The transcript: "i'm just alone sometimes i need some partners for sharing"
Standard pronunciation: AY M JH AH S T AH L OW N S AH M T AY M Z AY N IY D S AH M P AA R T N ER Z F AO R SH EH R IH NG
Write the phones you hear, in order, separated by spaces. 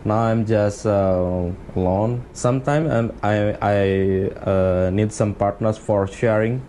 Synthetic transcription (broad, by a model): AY M JH AH S T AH L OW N S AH M T AY M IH AY N IY D S AH M P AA R T N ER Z F AO R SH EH R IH NG